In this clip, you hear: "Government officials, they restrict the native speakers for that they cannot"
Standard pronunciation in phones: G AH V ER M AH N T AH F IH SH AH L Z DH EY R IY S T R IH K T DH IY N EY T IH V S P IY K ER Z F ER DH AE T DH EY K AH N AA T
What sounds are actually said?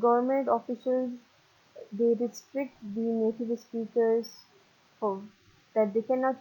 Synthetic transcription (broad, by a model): G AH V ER M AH N T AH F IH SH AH L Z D EY R IY S T R IH K T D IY N EY T IH V S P IY K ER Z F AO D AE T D EY K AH N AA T